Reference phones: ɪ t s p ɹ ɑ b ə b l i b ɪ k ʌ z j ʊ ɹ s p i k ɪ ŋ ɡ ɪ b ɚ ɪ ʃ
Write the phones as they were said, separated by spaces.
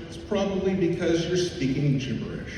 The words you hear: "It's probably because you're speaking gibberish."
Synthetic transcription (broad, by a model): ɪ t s p ɹ ɑ b ə b l i b ɪ k ʌ z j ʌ ɹ s p i k ɪ ŋ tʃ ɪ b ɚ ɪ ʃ